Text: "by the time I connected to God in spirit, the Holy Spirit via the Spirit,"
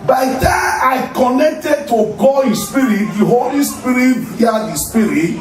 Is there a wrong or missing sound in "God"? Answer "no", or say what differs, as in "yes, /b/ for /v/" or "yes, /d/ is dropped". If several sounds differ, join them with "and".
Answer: yes, /d/ is dropped